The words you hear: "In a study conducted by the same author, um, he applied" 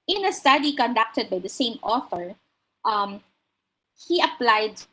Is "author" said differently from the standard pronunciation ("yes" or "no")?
yes